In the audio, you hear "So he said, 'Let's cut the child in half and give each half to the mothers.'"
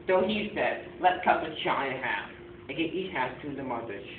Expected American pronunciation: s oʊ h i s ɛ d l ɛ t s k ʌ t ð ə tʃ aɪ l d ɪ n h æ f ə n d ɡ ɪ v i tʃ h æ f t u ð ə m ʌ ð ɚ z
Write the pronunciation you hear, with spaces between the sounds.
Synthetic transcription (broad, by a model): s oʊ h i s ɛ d l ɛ t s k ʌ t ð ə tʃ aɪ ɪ h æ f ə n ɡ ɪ i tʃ h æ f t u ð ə m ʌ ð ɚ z